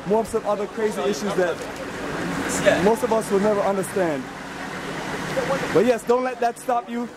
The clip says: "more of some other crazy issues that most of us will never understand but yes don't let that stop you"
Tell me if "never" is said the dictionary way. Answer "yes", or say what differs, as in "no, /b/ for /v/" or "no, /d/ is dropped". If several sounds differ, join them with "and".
yes